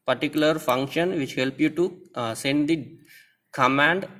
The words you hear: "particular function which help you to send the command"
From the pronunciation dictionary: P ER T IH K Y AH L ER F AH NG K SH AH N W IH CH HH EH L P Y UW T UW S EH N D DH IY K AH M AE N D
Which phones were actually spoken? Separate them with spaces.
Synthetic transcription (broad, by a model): P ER T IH K Y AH L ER F AH NG K SH AH N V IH CH HH EH L P Y UW T UW S EH N D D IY K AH M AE N D